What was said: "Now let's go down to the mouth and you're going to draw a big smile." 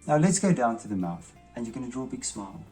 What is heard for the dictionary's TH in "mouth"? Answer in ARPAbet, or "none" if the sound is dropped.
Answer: TH